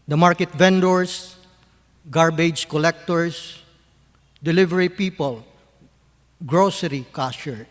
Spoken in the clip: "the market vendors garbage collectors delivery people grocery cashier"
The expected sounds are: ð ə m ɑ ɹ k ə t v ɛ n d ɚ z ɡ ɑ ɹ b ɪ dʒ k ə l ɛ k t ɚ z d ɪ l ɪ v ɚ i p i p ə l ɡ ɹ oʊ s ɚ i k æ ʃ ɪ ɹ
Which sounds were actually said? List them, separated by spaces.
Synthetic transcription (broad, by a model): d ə m ɑ ɹ k ə t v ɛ n d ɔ s ɡ ɑ ɹ b ɪ dʒ k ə l ɛ k t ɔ s d ɪ l ɪ v ɚ i p i p ə l ɡ ɹ oʊ s ɚ i k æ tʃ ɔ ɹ